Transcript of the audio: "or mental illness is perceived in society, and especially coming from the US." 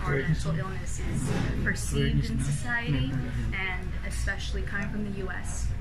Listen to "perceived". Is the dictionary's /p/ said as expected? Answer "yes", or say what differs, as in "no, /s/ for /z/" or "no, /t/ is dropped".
no, /f/ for /p/